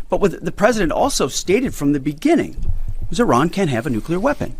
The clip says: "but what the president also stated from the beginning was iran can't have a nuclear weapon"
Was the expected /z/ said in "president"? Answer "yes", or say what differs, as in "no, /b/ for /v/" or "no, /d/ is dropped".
yes